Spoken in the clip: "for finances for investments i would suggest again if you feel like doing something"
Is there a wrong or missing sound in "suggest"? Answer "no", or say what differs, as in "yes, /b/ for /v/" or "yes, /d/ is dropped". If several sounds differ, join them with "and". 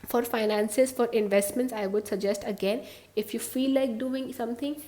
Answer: no